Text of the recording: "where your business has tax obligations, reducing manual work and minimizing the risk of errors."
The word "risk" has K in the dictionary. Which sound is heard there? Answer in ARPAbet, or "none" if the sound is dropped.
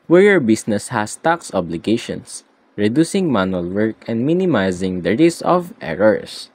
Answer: none